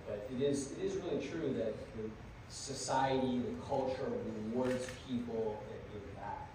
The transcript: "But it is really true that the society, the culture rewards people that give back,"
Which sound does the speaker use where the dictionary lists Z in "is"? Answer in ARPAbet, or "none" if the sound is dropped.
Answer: Z